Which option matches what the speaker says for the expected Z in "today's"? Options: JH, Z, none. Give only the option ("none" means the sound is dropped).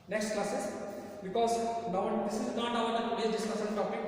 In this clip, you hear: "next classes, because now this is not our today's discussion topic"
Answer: none